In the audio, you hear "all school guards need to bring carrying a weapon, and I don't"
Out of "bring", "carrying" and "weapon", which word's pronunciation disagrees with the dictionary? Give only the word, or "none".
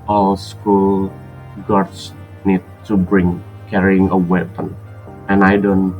none